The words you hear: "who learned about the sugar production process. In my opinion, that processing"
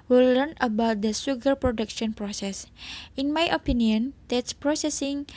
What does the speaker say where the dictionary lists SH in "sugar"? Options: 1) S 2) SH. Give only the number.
1